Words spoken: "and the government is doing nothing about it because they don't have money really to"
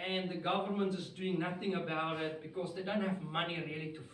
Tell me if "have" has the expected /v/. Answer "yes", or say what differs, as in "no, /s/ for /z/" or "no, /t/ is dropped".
yes